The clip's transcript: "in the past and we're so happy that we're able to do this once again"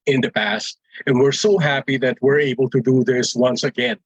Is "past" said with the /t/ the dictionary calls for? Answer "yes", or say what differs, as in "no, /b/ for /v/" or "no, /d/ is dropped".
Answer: yes